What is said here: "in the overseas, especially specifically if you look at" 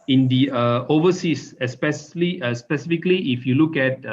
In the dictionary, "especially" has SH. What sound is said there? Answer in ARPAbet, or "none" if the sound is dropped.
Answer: S